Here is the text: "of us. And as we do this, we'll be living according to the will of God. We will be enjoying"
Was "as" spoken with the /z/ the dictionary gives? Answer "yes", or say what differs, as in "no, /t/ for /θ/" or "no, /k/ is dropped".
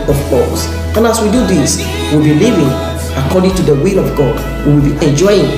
no, /s/ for /z/